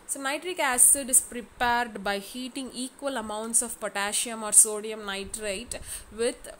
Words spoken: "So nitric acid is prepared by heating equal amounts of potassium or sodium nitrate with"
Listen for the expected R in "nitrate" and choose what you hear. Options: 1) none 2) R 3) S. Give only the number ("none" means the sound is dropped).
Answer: 2